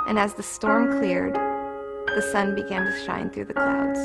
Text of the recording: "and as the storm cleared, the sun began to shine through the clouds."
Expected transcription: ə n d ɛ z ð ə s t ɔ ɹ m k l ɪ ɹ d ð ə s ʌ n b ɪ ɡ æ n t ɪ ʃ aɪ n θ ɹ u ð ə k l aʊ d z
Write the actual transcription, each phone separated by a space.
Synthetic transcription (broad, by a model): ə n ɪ z ð ə s t ɔ ɹ m k l ɪ ɹ d ð ə s ʌ n b ɪ ɡ æ n t ɪ ʃ aɪ n θ ɹ u ð ə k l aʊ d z